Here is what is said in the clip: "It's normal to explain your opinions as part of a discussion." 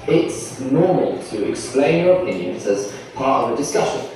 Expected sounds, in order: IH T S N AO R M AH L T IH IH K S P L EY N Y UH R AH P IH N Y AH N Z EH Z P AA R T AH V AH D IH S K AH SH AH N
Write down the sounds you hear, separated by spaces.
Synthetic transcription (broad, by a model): IH T S N AO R M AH L T IH IH K S P L EY N Y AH R AH P IH N Y AH N Z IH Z P AA R T AH V AH D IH S K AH SH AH N